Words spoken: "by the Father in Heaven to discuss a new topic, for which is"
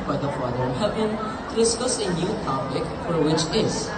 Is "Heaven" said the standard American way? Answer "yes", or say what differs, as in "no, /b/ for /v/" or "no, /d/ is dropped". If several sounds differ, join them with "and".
no, /b/ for /v/